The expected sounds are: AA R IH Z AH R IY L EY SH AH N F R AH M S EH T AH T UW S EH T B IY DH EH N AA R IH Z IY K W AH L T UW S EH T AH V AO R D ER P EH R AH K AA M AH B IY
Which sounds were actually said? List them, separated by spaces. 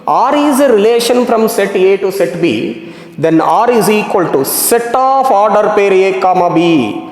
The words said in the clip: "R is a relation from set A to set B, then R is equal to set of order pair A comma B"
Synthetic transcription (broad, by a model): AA R IH Z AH R IY L EY SH AH N F R AH M S EH T AH T UW S EH T B IY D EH N AA R IH Z IY K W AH L T UW S EH T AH F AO R D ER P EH R AH K AA M AH B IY